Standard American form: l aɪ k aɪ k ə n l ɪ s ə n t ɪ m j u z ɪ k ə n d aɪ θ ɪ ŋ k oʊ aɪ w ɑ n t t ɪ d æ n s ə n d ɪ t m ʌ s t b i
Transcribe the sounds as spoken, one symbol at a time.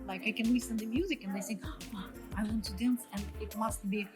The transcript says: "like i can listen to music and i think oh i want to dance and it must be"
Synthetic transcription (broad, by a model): l aɪ k aɪ k ə n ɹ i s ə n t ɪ m j u z ɪ k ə n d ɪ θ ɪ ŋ oʊ aɪ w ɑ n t t ɪ d æ n s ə n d ɪ t m ʌ s t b i